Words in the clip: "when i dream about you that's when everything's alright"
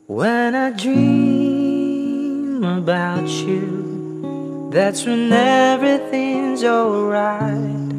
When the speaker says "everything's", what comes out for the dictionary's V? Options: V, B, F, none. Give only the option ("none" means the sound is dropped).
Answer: V